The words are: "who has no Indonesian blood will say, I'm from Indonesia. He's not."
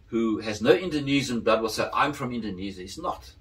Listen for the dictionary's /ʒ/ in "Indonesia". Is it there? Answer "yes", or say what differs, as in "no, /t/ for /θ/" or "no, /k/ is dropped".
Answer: no, /z/ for /ʒ/